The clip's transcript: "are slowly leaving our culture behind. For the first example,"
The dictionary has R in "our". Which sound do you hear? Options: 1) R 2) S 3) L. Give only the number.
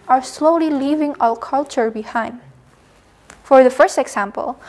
3